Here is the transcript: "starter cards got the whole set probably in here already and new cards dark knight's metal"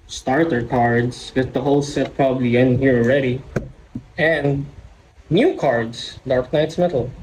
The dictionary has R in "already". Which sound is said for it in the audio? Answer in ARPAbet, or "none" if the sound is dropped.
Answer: R